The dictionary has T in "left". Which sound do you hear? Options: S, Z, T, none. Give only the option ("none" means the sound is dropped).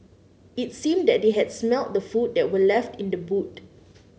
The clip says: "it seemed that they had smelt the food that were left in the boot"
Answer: T